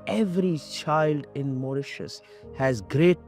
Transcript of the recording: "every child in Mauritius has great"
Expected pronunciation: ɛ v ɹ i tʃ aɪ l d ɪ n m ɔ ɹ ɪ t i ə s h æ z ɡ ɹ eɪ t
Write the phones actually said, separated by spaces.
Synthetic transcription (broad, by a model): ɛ v ɹ i tʃ aɪ l d ɪ n m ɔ ɹ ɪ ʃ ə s h æ z ɡ ɹ eɪ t